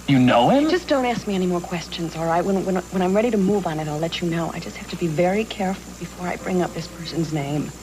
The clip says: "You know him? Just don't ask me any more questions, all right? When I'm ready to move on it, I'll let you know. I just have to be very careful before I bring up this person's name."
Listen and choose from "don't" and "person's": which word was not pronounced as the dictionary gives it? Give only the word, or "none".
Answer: none